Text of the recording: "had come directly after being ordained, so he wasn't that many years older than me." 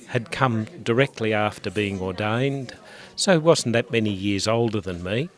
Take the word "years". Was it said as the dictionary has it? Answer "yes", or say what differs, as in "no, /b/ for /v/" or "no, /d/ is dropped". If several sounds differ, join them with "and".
yes